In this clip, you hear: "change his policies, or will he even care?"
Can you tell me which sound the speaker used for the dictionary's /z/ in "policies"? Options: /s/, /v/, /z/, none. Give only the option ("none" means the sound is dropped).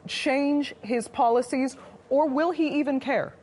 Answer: /z/